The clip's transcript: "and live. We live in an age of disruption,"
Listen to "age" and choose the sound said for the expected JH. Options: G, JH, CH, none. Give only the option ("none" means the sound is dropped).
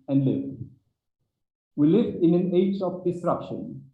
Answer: JH